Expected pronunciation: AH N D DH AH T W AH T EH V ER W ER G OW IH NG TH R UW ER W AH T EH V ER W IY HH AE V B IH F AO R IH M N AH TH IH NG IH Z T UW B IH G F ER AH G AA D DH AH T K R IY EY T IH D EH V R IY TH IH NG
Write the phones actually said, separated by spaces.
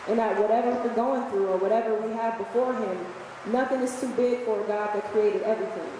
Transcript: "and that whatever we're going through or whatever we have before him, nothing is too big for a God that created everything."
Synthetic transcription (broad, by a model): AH N DH AH T W AH T EH V ER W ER G OW IH NG TH R UW ER W AH T EH V ER W IY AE V B IH F AO R IH M N AH TH IH NG IH Z T UW B IH G F ER G AA D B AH T K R IY EY T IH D EH V R IY TH IH NG